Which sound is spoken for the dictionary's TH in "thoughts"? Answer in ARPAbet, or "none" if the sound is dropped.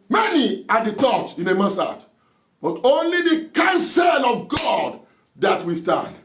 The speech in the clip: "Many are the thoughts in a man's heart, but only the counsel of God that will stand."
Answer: T